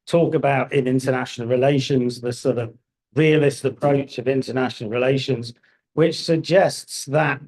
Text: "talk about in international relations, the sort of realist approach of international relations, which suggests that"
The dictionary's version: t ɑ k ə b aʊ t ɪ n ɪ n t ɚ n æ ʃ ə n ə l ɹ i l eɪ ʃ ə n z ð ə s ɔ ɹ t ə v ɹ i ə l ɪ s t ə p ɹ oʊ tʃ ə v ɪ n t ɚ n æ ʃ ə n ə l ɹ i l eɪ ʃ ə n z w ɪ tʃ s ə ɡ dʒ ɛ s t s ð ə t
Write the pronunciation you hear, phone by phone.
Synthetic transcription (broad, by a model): t ɑ k ə b aʊ t ɪ n ɪ n t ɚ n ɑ ʃ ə n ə l ɹ i l eɪ ʃ ə n z ð ə s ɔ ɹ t ə v ɹ i ə l ɪ s t ə p ɹ oʊ tʃ ə v ɪ n t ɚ n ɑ ʃ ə n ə l ɹ i l eɪ ʃ ə n z w ɪ tʃ s ə ɡ dʒ ɛ s t s ð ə t